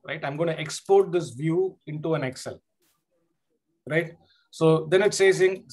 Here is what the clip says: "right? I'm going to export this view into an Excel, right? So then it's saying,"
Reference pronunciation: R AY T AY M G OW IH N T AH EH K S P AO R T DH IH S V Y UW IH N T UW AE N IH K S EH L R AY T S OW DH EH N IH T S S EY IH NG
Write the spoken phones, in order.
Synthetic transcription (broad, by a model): R AY T AY M G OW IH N T AH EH K S P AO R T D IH S V Y UW IH N T UW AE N IH K S EH L R AY T S OW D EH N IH T S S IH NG